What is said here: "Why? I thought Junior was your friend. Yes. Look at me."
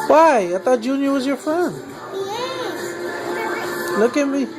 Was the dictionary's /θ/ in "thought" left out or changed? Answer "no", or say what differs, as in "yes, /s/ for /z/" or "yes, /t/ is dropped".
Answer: yes, /t/ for /θ/